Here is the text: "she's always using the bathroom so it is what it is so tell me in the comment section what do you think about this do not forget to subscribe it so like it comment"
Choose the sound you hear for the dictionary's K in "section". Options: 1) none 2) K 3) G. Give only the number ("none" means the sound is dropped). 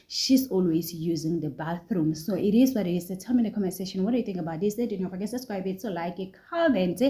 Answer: 1